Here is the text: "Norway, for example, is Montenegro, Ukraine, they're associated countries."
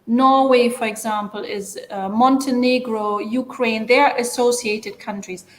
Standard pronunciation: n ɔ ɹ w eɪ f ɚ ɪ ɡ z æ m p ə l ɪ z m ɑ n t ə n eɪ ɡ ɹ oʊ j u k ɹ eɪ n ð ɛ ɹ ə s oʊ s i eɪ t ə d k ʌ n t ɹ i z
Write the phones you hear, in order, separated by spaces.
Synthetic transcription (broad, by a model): n ɔ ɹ w eɪ f ɚ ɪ ɡ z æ m p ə l ɪ z m ɑ n t ə n eɪ ɡ ɹ oʊ j u k ɹ eɪ n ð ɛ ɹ ə s oʊ s i eɪ t ə d k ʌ n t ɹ i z